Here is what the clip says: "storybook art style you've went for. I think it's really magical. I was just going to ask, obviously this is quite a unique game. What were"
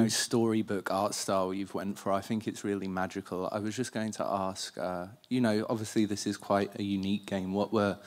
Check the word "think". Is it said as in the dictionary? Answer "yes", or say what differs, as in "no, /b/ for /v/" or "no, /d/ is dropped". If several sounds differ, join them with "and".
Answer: yes